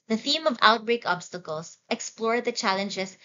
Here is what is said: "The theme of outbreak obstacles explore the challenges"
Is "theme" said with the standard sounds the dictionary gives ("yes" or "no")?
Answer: yes